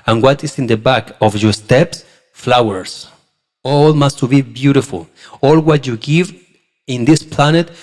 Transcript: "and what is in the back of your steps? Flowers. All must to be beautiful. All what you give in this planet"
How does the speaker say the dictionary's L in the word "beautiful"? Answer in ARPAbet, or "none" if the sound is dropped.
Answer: L